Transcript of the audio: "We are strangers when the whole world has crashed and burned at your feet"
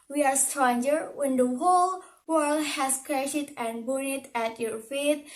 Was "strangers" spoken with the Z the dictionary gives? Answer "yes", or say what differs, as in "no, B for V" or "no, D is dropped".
no, Z is dropped